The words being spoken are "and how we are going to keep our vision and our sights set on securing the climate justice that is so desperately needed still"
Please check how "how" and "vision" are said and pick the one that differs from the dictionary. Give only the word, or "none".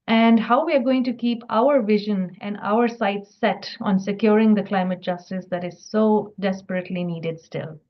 none